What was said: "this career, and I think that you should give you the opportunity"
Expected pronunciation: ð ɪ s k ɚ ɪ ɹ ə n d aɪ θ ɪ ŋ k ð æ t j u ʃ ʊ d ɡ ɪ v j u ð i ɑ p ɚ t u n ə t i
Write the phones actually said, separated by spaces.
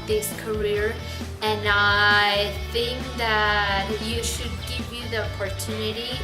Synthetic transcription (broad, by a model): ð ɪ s k ɚ ɪ ɹ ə n aɪ θ ɪ ŋ k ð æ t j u ʃ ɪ d ɡ ɪ v j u ð i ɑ p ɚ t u n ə t i